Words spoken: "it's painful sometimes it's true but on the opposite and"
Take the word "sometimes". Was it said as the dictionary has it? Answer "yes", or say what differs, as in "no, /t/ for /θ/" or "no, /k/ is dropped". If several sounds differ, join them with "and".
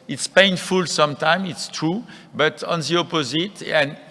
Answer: no, /z/ is dropped